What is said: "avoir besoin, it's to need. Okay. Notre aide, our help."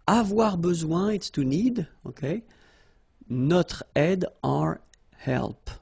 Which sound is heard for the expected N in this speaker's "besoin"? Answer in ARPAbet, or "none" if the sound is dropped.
none